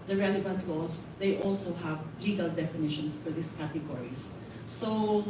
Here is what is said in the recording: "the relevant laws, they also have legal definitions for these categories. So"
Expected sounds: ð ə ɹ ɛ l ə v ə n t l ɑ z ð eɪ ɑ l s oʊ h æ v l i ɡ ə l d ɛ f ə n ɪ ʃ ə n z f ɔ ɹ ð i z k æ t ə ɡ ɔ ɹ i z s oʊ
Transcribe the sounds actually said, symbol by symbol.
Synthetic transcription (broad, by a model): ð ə ɹ ɛ l ə v ə n t l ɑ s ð eɪ ɑ l s oʊ h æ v l i ɡ ə l d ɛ f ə n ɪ ʃ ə n s f ɔ ɹ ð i s k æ t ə ɡ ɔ ɹ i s s oʊ